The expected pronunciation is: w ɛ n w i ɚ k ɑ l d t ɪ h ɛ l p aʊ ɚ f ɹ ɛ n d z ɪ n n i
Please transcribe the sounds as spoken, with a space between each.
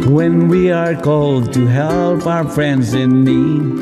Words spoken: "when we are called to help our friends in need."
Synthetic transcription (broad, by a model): w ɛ n w i ɚ k ɑ l d t ɪ h ɛ l p aʊ ɚ f ɹ ɛ n d z ɪ n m i